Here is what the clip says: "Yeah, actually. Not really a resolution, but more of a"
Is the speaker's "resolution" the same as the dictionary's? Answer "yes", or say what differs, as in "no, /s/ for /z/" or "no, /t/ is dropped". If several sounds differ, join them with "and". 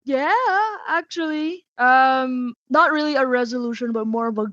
yes